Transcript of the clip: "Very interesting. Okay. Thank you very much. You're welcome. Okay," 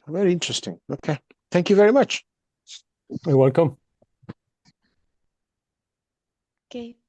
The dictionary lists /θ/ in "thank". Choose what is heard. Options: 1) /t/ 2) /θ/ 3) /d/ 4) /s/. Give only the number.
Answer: 2